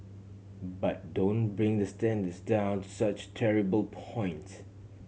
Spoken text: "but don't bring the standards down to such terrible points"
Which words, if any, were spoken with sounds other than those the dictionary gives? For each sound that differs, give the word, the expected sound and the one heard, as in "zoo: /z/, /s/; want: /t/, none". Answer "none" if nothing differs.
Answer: none